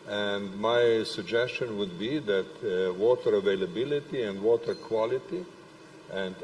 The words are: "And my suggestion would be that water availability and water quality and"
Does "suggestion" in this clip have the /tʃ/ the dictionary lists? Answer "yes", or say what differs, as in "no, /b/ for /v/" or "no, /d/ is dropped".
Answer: yes